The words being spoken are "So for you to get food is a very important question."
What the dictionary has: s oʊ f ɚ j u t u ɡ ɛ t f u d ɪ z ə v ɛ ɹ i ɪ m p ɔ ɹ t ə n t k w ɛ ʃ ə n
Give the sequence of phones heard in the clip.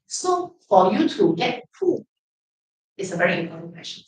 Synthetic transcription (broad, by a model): s oʊ f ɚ j u t u ɡ ɛ t p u ɪ s ə v ɛ ɹ i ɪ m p ɔ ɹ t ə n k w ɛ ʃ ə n